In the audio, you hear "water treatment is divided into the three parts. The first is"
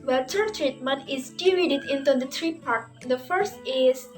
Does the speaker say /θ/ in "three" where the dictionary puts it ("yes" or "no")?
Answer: no